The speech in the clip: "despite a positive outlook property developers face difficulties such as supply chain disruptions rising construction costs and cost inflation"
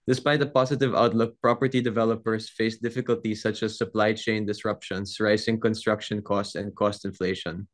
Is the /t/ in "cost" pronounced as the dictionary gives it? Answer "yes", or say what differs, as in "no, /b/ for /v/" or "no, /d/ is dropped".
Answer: yes